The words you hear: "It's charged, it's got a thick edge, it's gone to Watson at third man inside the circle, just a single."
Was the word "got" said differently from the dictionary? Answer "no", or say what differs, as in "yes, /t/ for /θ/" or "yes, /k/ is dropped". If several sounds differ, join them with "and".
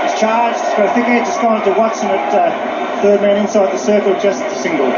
yes, /t/ is dropped